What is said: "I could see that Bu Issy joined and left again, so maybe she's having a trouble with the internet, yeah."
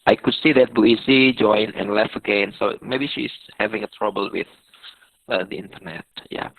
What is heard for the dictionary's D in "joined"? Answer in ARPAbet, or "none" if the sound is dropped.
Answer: none